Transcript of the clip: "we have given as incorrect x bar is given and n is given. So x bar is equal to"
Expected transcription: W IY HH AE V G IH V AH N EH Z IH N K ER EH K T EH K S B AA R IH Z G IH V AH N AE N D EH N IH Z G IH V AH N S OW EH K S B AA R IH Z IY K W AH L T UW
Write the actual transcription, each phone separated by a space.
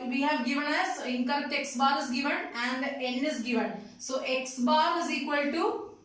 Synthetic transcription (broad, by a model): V IY HH AE V G IH V AH N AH S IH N K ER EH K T EH K S B AA R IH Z G IH V AH N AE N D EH N IH Z G IH V AH N S OW EH K S B AA R IH Z IY K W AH L T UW